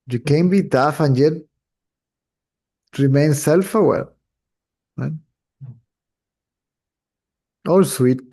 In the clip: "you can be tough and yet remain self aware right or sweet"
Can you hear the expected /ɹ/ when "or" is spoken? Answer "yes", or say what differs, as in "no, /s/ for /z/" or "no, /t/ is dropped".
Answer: no, /l/ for /ɹ/